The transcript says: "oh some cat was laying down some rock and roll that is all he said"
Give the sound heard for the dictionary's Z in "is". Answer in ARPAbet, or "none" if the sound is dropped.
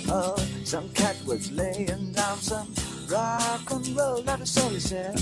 S